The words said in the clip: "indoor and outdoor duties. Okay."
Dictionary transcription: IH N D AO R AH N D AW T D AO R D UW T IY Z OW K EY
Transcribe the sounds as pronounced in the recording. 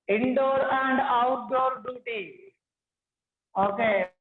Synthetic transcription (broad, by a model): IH N D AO R AH N D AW T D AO R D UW T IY OW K EY